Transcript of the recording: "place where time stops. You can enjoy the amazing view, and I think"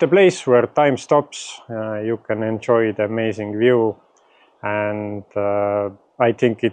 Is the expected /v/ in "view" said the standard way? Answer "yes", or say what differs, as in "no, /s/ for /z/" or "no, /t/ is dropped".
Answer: yes